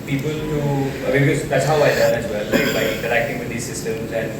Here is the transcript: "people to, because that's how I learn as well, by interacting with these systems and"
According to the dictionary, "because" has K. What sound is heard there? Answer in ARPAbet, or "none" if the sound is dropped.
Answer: none